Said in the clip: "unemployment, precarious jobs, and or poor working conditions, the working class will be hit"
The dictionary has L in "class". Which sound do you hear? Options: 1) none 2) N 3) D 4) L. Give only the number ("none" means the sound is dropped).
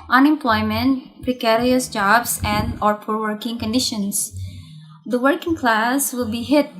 4